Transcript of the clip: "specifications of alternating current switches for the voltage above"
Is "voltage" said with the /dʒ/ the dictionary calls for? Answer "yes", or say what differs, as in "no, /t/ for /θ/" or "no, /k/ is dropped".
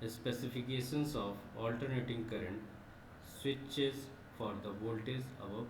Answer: no, /z/ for /dʒ/